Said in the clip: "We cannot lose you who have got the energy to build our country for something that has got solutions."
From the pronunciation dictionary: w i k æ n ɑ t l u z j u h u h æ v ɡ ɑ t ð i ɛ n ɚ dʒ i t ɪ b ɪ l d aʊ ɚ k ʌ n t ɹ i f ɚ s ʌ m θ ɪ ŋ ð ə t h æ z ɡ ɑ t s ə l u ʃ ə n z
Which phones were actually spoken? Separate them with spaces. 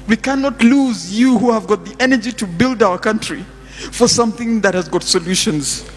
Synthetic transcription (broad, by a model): w i k æ n ɑ t l u z j u h u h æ v ɡ ɑ t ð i ɛ n ɚ dʒ i t ɪ b ɪ l d aʊ ɚ k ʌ n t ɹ i f ɚ s ʌ m θ ɪ ŋ ð ə t h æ z ɡ ɑ t s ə l u ʃ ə n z